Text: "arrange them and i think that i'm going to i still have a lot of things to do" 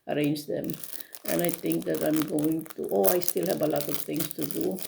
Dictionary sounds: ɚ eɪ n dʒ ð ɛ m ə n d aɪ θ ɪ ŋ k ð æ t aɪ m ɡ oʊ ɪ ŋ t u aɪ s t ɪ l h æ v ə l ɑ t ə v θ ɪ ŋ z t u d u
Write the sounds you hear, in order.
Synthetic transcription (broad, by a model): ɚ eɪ n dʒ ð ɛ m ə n aɪ θ ɪ ŋ k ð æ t aɪ m ɡ oʊ ɪ ŋ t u aɪ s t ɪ l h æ b ə l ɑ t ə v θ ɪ ŋ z t u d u